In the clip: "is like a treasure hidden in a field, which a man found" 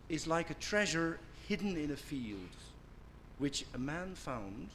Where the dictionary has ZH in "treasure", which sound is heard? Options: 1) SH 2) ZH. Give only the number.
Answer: 2